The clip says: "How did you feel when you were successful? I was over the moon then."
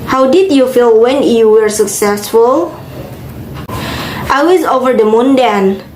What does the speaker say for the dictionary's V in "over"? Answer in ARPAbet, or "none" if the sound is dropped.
V